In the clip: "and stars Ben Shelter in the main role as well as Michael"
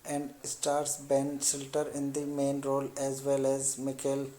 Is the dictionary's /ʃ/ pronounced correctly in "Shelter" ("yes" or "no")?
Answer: no